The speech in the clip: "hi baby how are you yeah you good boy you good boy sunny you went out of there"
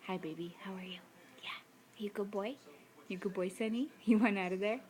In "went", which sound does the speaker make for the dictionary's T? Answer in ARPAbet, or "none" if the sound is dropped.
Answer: none